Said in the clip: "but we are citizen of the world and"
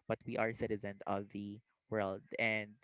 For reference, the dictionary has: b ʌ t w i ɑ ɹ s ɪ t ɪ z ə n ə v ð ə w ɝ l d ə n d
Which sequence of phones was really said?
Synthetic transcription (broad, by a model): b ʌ t w i ɑ ɹ s ɪ t ɪ z ə n ə v ð ə w ɝ l d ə n d